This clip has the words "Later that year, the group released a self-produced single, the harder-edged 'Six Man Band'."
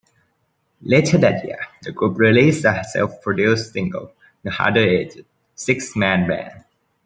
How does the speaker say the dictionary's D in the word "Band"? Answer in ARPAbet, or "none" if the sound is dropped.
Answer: none